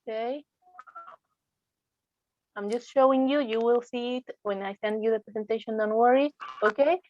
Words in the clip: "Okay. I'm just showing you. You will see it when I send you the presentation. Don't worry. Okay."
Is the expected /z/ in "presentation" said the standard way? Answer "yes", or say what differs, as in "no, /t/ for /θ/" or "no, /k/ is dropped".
no, /s/ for /z/